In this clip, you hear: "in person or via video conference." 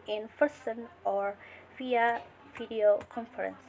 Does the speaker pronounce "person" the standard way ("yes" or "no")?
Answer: no